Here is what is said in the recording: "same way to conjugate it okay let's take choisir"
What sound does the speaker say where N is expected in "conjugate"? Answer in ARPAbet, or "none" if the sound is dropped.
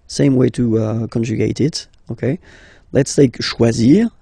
N